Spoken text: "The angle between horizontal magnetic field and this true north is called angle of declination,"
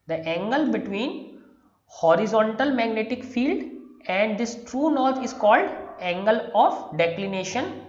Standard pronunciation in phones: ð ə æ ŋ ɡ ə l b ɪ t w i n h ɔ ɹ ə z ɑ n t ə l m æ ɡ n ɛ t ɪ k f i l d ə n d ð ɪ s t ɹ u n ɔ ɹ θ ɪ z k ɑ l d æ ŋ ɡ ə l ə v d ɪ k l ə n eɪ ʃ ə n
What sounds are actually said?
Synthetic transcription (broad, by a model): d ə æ ŋ ɡ ə l b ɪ t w i n h ɔ ɹ ə z ɑ n t ə l m æ ɡ n ɛ t ɪ k f i l d ə n d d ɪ s t ɹ u n ɔ ɹ t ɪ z k ɑ l d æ ŋ ɡ ə l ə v d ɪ k l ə n eɪ ʃ ə n